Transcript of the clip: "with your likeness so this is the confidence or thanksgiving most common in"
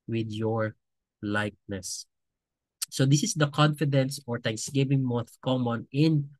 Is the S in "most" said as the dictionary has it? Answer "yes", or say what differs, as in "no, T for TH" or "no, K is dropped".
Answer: no, TH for S